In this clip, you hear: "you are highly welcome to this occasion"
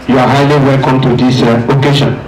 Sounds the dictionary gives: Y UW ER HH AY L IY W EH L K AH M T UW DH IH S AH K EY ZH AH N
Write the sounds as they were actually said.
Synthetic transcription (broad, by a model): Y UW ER HH AY L IY W EH L K AH M T UW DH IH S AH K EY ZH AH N